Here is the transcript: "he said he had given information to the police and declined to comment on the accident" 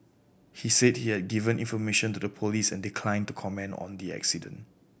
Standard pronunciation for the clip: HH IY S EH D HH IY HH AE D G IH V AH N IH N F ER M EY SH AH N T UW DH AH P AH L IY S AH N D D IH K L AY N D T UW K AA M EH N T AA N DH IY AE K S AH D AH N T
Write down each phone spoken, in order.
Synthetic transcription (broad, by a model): HH IY S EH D HH IY HH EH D G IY V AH N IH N F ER M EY SH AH N T UW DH AH P AH L IY S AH N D D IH K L AY N T UW K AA M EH N AA N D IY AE K S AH D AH N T